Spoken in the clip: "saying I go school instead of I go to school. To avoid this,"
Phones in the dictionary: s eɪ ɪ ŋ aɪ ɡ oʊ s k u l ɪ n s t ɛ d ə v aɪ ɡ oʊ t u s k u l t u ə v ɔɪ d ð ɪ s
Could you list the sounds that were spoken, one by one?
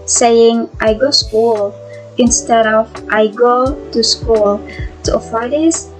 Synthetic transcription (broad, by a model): s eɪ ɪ ŋ aɪ ɡ oʊ s k u l ɪ n s t ɛ d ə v aɪ ɡ oʊ t u s k u l t u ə f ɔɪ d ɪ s